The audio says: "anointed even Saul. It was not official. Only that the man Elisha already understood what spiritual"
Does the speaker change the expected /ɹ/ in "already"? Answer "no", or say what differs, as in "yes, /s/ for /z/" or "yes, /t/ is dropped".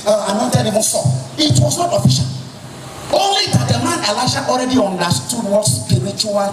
no